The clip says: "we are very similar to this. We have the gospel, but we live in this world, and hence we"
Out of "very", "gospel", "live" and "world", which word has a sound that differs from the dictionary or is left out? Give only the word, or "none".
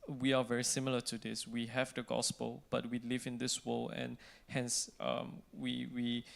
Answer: world